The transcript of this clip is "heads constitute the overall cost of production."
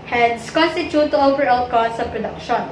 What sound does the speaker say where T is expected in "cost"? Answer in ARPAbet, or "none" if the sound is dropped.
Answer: none